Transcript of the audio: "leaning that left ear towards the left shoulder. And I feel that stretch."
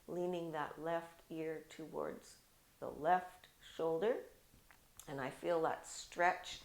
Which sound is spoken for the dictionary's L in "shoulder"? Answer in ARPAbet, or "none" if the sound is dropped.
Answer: L